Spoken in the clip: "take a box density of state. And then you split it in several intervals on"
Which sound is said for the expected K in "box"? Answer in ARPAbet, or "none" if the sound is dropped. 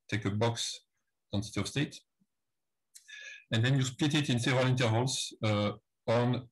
K